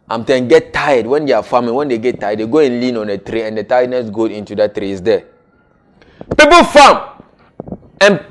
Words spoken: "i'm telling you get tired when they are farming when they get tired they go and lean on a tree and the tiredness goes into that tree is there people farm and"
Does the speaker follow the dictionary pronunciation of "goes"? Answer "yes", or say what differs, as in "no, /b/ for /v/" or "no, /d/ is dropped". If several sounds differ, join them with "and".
no, /z/ is dropped